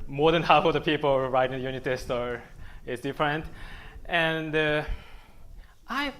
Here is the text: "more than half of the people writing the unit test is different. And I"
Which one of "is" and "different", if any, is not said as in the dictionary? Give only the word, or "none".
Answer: is